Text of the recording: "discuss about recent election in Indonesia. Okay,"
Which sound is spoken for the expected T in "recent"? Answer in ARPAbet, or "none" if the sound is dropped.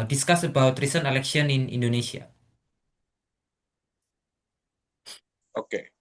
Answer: none